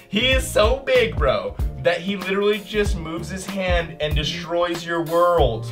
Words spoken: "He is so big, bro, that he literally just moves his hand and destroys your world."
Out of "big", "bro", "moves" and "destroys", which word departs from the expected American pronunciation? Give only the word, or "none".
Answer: none